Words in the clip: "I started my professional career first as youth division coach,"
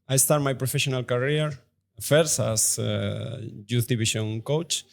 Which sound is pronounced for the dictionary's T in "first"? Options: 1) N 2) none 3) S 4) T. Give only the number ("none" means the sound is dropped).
2